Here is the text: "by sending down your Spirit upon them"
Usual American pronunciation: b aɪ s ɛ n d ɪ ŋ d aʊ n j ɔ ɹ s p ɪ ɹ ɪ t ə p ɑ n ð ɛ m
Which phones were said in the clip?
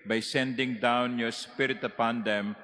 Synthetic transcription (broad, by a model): b aɪ s ɛ n d ɪ ŋ d aʊ n j ɔ ɹ s p ɪ ɹ ɪ t ə p ɑ n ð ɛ m